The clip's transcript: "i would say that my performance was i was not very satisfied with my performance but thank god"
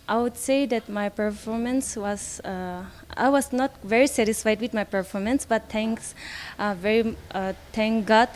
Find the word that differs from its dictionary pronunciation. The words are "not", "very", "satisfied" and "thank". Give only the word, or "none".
thank